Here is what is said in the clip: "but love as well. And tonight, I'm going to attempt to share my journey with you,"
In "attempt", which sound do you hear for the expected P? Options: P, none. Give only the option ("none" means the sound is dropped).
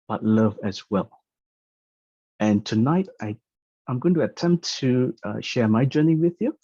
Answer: P